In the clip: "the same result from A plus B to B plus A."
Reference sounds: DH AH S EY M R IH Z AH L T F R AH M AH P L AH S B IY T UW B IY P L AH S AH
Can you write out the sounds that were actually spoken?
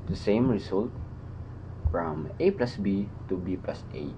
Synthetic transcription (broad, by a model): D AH S EY M R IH S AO L T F R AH M AH P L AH S B IY T UW B IY P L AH S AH